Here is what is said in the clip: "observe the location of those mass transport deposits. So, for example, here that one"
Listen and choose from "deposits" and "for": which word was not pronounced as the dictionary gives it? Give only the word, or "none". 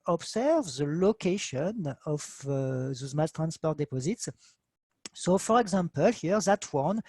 none